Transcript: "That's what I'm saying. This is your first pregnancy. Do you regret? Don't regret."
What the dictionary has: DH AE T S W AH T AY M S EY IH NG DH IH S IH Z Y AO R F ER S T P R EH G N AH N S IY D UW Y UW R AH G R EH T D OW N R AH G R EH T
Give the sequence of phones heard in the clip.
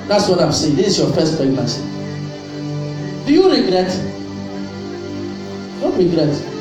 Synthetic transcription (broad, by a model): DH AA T S W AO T AY M S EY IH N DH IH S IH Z Y AO F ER S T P EH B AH S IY D UW Y UW R AH G R EH T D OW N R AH G R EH T